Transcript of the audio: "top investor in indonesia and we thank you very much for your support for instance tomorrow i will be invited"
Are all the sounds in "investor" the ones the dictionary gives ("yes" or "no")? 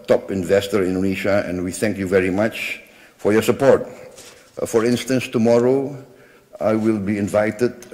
yes